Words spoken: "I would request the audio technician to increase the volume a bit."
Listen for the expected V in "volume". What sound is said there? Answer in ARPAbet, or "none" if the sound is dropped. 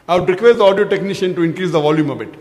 V